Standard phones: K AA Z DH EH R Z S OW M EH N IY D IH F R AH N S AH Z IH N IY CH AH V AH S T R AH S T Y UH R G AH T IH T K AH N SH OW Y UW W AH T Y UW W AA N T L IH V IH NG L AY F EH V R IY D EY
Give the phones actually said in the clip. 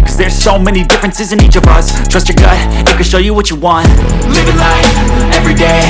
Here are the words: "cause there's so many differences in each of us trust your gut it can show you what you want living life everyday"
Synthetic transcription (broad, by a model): K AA Z DH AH R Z S OW M EH N IY D IH F R AH N S AH Z IH N IY CH AH V AH S T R AH S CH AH R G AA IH IH T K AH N SH OW Y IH W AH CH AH W AA N T L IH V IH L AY EH V R IY D EY